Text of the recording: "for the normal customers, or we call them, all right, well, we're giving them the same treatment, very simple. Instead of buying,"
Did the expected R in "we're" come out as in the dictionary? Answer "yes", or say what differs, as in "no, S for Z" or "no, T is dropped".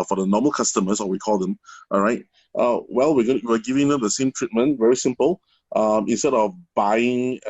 no, W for R